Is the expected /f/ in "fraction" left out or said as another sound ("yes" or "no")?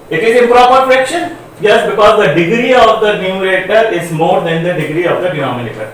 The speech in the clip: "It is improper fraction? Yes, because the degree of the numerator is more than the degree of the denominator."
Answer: yes